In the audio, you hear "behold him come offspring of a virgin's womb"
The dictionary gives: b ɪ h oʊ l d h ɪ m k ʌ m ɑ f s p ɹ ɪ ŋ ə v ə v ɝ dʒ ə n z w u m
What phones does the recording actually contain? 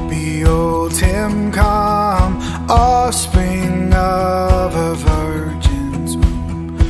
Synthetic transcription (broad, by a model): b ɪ oʊ l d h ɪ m k ʌ m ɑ s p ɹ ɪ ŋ ə v ə v ɝ dʒ ə n z